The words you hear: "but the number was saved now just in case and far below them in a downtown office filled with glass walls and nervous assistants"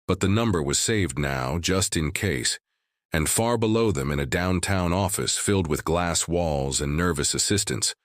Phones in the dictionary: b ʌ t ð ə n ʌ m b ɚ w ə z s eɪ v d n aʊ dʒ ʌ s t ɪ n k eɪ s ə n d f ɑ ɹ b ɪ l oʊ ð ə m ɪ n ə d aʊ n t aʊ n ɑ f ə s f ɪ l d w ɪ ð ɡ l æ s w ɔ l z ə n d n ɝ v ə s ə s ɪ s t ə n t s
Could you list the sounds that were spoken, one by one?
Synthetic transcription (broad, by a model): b ʌ t ð ə n ʌ m b ɚ w ə z s eɪ v d n aʊ dʒ ʌ s t ɪ n k eɪ s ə n f ɑ ɹ b ɪ l oʊ ð ə m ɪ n ə d aʊ n t aʊ n ɑ f ə s f ɪ l d w ɪ ð ɡ l æ s w ɔ l z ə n n ɝ v ə s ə s ɪ s t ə n t s